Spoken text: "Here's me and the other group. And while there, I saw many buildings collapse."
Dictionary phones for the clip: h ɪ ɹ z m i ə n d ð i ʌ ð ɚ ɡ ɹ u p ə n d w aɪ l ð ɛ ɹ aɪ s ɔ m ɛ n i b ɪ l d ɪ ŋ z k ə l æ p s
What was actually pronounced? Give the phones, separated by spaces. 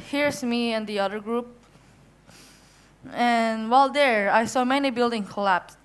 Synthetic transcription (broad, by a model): h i ɹ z m i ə n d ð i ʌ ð ɚ ɡ ɹ u p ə n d w aɪ l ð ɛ ɹ aɪ s ɔ m ɛ n i b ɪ l d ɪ ŋ k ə l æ p s